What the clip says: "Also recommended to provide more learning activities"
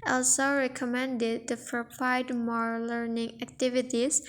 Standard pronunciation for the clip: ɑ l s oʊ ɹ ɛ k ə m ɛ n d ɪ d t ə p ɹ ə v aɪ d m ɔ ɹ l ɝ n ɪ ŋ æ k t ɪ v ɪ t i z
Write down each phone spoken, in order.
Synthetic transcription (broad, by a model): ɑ l s oʊ ɹ ɛ k ə m ɛ n d ɪ d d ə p ɹ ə p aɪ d m ɔ ɹ l ɝ n ɪ ŋ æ k t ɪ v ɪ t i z